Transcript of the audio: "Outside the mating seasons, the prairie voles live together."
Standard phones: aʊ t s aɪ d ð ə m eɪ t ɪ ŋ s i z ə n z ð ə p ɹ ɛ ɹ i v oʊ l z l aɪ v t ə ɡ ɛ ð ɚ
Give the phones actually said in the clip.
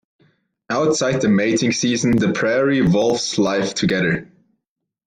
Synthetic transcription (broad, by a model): aʊ t s aɪ d ð ə m eɪ t ɪ ŋ s i z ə n ð ə p ɹ ɛ ɹ i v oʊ l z l aɪ f t ə ɡ ɛ ð ɚ